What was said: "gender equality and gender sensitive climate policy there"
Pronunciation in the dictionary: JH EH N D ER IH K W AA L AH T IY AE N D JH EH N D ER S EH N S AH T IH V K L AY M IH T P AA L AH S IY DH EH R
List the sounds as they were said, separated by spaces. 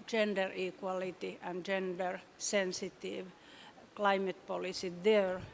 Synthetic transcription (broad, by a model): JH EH N D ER IH K W AA L AH T IY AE N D JH EH N D ER S EH N S AH T IH V K L AY M IH T P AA L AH S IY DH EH R